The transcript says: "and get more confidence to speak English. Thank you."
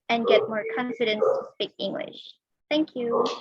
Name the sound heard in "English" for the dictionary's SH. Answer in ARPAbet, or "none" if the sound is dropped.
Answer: SH